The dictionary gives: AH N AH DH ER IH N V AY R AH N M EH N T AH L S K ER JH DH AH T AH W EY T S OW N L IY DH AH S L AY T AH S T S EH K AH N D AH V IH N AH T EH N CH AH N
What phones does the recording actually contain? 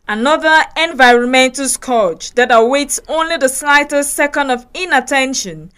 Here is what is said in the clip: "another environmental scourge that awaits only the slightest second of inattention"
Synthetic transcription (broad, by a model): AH N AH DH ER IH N V AY R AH N M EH N T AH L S K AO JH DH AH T AH W EY T S OW N L IY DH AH S L AY T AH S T S EH K AH N D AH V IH N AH T EH N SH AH N